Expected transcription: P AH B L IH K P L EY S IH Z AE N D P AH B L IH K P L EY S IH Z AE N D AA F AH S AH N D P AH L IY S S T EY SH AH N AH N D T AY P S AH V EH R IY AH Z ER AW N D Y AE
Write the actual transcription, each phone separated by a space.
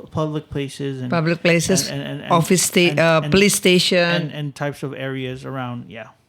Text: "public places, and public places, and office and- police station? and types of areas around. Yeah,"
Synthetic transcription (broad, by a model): P AH B L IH K P L EY S IH Z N P AH B L IH K P L EY S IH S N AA F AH S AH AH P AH L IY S S T EY SH AH N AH N T AY P S AH V EH R IY AH Z ER AW N D Y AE